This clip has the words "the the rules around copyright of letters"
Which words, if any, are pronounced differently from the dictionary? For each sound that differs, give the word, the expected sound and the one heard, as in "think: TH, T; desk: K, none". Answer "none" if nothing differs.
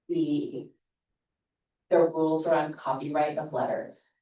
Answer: none